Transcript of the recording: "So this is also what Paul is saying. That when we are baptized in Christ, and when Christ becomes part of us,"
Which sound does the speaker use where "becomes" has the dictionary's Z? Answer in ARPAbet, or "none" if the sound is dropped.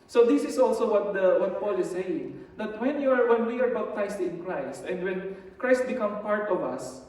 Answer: none